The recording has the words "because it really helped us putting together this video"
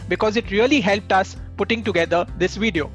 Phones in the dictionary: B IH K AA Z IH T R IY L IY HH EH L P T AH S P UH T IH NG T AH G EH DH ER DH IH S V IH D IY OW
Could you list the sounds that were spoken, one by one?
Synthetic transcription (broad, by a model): B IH K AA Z IH T R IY L IY HH EH L P T AH S P UH T IH NG T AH G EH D ER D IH S V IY D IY OW